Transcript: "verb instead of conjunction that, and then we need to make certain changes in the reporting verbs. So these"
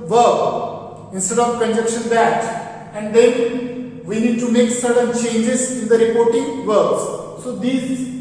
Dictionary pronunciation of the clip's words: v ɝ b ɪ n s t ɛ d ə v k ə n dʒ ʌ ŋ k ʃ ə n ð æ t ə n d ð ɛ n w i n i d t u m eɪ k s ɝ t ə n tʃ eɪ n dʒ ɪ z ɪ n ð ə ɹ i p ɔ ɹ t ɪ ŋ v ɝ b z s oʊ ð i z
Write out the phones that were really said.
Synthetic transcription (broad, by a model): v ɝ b ɪ n s t ɛ d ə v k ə n dʒ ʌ k ʃ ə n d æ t ə n d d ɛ n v i n i d t u m eɪ k s ɝ t ə n tʃ eɪ n dʒ ɪ z ɪ n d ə ɹ i p ɔ ɹ t ɪ ŋ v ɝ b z s oʊ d i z